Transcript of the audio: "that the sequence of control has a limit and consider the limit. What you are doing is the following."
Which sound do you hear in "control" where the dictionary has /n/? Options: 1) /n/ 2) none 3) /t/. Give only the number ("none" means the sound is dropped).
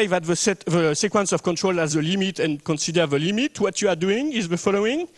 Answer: 1